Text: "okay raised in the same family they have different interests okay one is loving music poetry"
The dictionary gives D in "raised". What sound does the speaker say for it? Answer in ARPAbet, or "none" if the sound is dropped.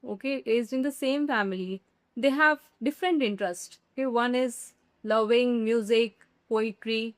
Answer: none